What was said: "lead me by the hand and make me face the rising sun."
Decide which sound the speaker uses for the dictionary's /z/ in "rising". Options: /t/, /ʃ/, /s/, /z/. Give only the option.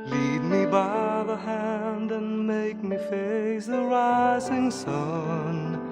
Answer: /z/